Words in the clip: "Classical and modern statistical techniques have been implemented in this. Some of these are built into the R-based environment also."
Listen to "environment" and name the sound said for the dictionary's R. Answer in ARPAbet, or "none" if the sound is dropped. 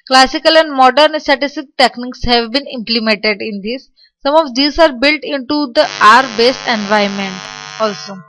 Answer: none